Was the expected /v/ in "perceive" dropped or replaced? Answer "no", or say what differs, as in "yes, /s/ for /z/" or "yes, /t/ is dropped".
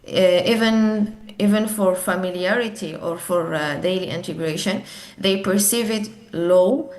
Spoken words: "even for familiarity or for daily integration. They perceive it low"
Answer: no